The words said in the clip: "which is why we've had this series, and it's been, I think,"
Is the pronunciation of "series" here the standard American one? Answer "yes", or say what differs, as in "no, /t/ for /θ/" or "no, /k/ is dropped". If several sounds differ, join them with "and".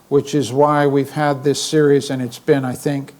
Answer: yes